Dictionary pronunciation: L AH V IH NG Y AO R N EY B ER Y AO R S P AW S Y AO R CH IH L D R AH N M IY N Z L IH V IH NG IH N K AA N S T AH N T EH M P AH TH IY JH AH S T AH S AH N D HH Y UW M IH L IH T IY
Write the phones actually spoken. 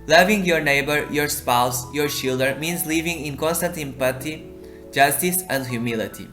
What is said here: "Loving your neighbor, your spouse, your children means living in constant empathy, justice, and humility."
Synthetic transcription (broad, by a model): L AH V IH NG Y AO R N EY B ER Y AO R S P AW S Y AO R SH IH L D AH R M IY N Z L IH V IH NG IH N K AA N S T AH N T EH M P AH T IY JH AH S T AH S AH N D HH Y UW M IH L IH T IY